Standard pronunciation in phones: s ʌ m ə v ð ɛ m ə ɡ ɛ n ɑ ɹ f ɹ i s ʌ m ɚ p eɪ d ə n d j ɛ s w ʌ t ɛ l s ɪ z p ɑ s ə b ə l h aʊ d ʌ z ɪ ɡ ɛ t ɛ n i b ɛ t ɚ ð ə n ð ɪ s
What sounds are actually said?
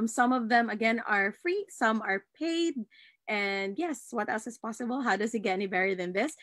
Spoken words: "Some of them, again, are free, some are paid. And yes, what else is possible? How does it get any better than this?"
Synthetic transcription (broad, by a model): s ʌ m ə v ð ɛ m ə ɡ ɛ n ɑ ɹ f ɹ i s ʌ m ɚ p eɪ d ə n d j ɛ s w ʌ t ɛ l s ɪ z p ɑ s ə b ə l h aʊ d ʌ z ɪ ɡ ɛ t ɛ n i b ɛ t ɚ ð ə n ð ɪ s